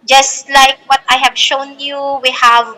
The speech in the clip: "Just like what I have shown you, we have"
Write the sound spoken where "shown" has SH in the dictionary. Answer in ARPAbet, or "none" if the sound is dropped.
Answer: SH